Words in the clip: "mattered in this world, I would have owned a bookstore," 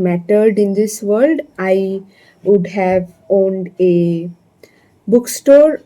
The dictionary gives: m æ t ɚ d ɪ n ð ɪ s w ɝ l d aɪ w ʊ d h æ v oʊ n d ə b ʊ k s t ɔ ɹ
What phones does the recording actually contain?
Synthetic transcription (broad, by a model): m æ t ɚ d ɪ n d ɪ s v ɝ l d aɪ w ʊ d h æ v oʊ n d ə b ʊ k s t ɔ ɹ